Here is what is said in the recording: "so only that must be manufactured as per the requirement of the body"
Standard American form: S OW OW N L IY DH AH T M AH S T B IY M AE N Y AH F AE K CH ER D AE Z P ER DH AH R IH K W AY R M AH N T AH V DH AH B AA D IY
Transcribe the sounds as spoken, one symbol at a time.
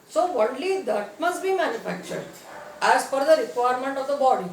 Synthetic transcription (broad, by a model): S OW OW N L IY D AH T M AH S T B IY M AE N Y AH F AE K CH ER D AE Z F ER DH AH R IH K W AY R M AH N T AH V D AH B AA D IY